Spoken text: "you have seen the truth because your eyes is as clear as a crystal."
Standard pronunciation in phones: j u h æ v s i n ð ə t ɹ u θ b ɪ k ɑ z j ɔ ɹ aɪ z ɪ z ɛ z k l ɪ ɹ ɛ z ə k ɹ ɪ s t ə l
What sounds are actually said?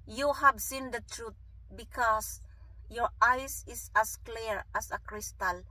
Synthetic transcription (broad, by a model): j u h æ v s i n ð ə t ɹ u t b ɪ k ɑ s j ɔ ɹ aɪ s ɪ s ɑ s k l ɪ ɹ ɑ s ə k ɹ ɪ s t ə l